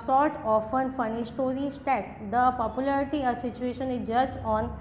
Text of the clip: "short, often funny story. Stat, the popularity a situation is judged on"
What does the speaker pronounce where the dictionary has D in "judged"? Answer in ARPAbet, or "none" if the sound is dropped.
none